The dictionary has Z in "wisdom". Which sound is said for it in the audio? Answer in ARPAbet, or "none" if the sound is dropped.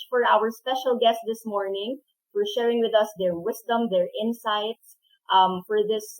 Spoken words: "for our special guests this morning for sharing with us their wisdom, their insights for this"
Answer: S